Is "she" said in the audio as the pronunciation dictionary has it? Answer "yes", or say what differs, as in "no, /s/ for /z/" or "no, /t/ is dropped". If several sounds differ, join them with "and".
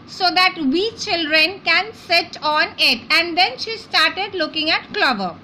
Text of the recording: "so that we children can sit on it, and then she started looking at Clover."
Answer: yes